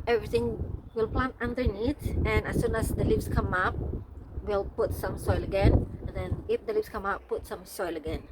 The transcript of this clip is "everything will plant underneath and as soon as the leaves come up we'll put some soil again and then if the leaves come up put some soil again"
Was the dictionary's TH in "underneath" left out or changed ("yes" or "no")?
yes